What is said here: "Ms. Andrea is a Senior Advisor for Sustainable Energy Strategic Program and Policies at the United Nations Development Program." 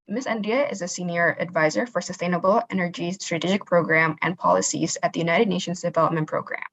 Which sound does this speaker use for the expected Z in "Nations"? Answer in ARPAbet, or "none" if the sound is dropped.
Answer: Z